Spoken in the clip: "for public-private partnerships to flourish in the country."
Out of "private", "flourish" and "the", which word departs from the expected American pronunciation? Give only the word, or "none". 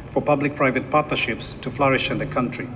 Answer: none